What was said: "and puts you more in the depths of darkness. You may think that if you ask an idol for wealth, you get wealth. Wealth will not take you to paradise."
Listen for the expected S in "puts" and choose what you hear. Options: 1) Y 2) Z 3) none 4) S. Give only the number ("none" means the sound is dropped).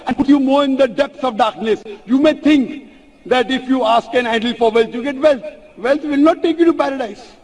3